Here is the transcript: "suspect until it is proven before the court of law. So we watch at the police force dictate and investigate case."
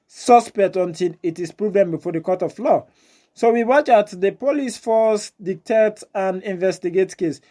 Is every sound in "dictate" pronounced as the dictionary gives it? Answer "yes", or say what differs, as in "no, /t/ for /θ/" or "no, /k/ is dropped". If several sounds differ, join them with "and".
yes